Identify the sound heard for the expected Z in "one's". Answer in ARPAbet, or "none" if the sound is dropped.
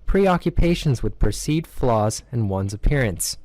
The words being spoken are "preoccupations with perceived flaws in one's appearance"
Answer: Z